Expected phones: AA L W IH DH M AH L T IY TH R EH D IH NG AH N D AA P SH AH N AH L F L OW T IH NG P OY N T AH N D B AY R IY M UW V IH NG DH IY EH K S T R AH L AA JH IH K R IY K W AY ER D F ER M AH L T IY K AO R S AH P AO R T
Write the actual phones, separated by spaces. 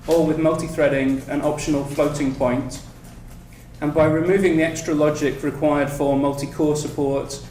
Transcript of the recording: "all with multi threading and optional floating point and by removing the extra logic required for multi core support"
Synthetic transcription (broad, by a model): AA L W IH DH M AH L T IY TH R EH D IH NG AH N AA P SH AH N AH L F L OW T IH NG P OY N T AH N B AY R IY M UW V IH NG DH IY EH K S T R AH L AA JH IH K R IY K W AY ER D F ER M AH L T IY K AO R S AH P AO R T